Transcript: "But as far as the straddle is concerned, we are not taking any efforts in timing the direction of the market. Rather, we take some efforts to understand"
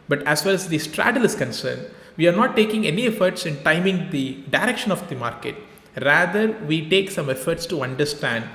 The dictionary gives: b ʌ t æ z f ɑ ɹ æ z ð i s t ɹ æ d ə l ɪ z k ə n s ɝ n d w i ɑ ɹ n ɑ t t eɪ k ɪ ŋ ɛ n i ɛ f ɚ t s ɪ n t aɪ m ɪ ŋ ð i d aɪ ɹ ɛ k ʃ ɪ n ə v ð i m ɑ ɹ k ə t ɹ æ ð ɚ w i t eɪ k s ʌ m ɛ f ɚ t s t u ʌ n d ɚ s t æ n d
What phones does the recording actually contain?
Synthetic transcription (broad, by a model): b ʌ t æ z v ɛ l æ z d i s t ɹ æ d ə l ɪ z k ə n s ɝ n d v i ɑ ɹ n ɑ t t eɪ k ɪ ŋ ɛ n i ɛ f ɚ t s ɪ n t aɪ m ɪ ŋ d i d aɪ ɹ ɛ k ʃ ɪ n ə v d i m ɑ ɹ k ə t ɹ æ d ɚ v i t eɪ k s ʌ m ɛ f ɚ t s t u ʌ n d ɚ s t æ n d